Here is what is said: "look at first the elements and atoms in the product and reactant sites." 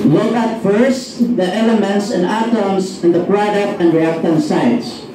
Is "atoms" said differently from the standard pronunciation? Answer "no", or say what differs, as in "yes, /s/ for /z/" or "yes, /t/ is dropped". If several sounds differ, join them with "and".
yes, /s/ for /z/